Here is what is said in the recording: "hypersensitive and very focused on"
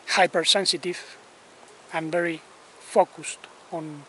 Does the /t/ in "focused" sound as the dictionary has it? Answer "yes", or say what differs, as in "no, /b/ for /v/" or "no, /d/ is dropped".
yes